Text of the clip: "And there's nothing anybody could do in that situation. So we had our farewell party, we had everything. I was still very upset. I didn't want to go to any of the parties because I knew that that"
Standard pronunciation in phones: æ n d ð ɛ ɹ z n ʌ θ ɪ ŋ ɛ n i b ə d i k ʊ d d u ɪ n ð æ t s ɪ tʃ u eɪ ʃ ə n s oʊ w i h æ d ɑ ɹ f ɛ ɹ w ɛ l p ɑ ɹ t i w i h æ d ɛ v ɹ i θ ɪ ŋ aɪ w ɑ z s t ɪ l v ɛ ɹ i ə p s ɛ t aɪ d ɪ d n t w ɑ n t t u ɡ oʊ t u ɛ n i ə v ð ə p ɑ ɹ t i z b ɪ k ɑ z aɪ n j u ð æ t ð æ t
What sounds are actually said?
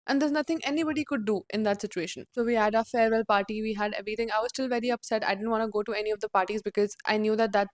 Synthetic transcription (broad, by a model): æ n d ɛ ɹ z n ʌ t ɪ ŋ ɛ n i b ə d i k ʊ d d u ɪ n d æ t s ɪ tʃ u eɪ ʃ ə n s oʊ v i h æ d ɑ f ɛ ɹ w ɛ l p ɑ ɹ t i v i h æ d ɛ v ɹ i t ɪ ŋ aɪ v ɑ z s t ɪ l v ɛ ɹ i ə p s ɛ t aɪ d ɪ d n t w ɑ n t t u ɡ oʊ t u ɛ n i ə v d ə p ɑ ɹ t i z b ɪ k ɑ z aɪ n j u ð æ t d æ t